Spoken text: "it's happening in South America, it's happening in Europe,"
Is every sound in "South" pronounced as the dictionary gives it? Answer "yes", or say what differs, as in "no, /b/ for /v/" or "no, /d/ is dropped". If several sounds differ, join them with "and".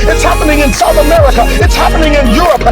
yes